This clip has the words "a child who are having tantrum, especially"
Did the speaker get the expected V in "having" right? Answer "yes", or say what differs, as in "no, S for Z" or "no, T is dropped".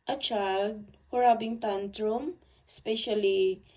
no, B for V